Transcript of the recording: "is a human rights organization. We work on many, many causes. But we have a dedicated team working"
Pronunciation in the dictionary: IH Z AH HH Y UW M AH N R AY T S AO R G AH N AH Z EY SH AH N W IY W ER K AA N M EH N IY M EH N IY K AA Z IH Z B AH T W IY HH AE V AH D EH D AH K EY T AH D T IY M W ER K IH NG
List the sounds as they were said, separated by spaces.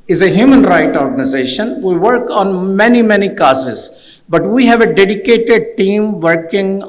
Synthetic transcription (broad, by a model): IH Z AH HH Y UW M AH N R AY T AO R G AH N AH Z EY SH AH N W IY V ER K AA N M EH N IY M EH N IY K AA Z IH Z B AH T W IY HH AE V AH D EH D AH K EY T AH D T IY M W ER K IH NG